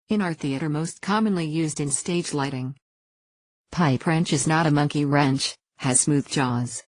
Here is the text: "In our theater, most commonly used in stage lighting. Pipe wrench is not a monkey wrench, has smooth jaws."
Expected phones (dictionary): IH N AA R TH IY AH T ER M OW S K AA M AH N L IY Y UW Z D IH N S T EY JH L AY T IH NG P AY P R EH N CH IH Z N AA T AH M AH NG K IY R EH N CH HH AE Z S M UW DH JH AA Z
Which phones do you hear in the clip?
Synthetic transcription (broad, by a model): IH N AA R TH IY AH T ER M OW S K AA M AH N L IY Y UW Z D IH N S T EY JH L AY T IH NG P AY P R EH N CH IH Z N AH T AH M AH NG K IY R EH N CH HH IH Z S M UW DH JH AA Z